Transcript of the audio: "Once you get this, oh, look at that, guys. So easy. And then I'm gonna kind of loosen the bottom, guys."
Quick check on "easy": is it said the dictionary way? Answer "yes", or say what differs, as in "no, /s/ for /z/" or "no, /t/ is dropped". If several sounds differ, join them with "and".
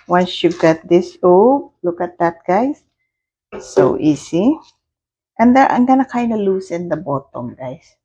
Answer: no, /s/ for /z/